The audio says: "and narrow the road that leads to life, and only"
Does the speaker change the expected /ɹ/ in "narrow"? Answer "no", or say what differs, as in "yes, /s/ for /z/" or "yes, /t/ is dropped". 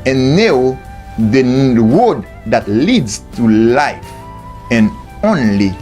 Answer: yes, /ɹ/ is dropped